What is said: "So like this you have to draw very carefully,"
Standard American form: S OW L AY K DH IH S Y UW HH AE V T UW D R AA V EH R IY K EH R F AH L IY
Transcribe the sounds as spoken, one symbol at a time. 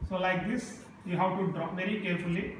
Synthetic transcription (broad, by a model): S OW L AY K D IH S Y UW HH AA W T UW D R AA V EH R IY K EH R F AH L IY